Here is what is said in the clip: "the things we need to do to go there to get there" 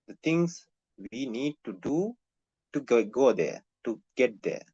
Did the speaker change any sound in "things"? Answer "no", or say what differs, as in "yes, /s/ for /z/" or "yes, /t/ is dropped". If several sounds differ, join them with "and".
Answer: yes, /t/ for /θ/